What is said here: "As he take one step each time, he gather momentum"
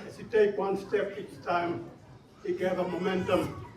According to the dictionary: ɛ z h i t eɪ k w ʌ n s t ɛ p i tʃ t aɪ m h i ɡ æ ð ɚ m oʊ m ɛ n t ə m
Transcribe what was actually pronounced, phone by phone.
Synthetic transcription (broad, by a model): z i t eɪ k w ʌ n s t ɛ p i s t aɪ m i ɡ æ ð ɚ m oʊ m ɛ n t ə m